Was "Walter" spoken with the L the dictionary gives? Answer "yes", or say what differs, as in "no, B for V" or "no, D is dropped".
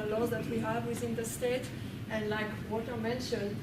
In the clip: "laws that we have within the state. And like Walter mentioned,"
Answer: no, L is dropped